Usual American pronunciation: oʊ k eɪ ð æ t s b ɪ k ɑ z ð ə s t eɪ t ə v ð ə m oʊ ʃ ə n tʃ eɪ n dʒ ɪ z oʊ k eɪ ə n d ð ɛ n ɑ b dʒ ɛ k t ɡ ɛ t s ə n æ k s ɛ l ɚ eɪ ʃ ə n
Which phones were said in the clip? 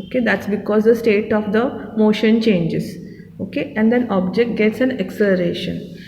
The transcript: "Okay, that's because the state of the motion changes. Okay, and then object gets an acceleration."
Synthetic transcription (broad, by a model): oʊ k eɪ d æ t s b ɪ k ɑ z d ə s t eɪ t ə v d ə m oʊ ʃ ə n tʃ eɪ n dʒ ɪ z oʊ k eɪ ə n d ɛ n ɑ b dʒ ɛ k t ɡ ɛ t s ə n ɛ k s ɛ l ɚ eɪ ʃ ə n